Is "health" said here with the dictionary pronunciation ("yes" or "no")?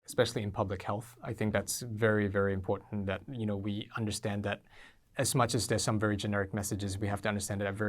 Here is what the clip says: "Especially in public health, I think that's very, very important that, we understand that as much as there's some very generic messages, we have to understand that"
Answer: yes